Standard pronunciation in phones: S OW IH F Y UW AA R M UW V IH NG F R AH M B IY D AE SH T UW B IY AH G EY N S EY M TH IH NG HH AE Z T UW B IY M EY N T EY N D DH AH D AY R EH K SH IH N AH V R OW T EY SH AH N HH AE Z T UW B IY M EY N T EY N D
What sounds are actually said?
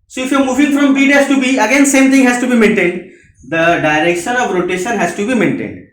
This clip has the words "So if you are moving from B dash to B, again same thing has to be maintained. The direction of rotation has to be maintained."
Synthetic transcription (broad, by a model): S OW IH F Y AA R M UW V IH NG F R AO M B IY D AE S T UW B IY AH G EY N S EY M T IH NG HH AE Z T UW B IY M EY N T EY N D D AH D AY R EH K SH IH N AH V R OW T EY SH AH N HH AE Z T UW B IY M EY N T EY N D